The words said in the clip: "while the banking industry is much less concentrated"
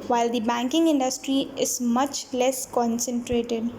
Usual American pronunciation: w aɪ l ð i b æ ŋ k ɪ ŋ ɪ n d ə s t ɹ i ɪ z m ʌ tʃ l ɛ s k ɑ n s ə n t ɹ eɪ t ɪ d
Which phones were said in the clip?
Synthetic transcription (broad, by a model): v aɪ l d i b æ ŋ k ɪ ŋ ɪ n d ə s t ɹ i ɪ z m ʌ tʃ l ɛ s k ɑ n s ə n t ɹ eɪ t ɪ d